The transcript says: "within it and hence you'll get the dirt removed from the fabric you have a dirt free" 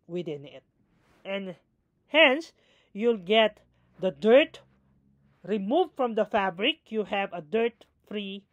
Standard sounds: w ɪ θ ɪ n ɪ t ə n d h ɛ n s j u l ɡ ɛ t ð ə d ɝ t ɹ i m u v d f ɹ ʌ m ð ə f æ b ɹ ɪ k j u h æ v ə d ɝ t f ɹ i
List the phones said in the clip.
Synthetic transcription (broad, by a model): w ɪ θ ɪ n ɪ t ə n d h ɛ n s j u l ɡ ɛ t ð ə d ɝ t ɹ i m u v d f ɹ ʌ m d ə f æ b ɹ ɪ k j u h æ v ə d ɝ t f ɹ i